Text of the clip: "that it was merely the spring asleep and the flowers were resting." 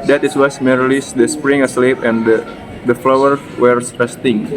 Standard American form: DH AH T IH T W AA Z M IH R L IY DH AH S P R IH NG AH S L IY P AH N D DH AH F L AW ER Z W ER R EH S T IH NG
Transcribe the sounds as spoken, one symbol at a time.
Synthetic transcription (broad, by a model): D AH T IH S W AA S M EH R L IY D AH S P R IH NG AH S L IY P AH N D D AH F L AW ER W ER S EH S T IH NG